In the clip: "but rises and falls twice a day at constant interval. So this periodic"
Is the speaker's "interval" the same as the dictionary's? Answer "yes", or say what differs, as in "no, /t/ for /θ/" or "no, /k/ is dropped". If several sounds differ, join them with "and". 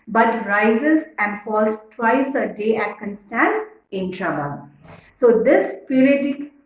no, /b/ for /v/